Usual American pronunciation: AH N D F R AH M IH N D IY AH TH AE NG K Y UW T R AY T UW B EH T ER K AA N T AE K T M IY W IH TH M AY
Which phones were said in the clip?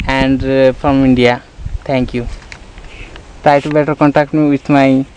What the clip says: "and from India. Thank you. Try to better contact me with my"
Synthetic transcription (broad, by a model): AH N D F R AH M IH N D IY AH T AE NG K Y UW T R AY T UW B EH T ER K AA N T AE K T M IY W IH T M AY